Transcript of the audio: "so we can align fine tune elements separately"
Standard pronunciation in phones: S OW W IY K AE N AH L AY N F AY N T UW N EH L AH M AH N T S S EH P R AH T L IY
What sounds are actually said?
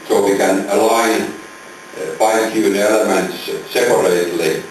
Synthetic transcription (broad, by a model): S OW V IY K AE N AH L AY N P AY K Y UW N EH L AH M AH N T S S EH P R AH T L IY